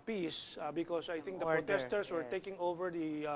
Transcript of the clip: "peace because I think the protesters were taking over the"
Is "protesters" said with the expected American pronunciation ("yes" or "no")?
no